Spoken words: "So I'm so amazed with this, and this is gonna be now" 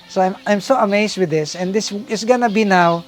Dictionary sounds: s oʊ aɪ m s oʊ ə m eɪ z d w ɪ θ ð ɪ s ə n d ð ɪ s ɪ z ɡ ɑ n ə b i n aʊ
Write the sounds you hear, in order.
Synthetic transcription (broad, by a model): s oʊ aɪ m s oʊ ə m eɪ s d w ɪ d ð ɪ s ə n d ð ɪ s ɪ s ɡ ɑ n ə b i n aʊ